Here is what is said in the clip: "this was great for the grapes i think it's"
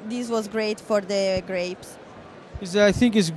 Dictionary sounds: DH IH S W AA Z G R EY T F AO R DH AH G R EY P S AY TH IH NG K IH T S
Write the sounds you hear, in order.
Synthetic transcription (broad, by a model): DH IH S W AA Z G R EY T F AO R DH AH G R EY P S AY TH IH NG K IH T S